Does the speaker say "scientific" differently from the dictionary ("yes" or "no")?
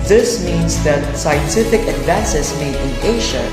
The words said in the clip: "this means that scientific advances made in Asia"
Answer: no